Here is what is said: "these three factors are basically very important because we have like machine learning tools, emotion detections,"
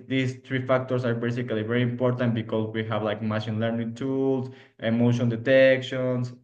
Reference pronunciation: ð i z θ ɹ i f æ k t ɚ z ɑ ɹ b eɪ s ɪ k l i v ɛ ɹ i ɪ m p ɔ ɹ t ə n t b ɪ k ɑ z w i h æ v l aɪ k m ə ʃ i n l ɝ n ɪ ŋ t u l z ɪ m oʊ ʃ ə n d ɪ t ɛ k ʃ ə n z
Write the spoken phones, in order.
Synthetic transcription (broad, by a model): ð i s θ ɹ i f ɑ k t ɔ s ɑ ɹ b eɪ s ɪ k l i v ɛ ɹ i ɪ m p ɔ ɹ t ə n t b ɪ k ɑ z w i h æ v l aɪ k m ə ʃ i n l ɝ n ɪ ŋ t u l s ɪ m oʊ ʃ ə n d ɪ t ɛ k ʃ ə n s